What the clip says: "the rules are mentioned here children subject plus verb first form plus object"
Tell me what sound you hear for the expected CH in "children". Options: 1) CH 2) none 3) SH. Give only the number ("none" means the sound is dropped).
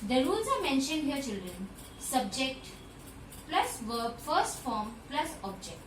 1